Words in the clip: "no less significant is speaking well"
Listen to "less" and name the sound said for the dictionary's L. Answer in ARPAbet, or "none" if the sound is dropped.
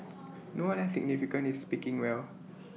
W